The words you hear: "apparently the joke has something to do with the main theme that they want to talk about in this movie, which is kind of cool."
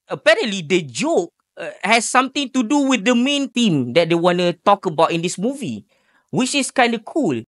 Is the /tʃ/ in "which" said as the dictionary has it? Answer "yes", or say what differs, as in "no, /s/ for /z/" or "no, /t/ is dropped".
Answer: yes